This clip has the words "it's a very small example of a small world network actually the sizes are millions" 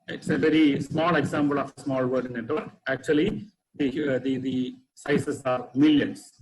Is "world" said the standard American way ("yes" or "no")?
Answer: no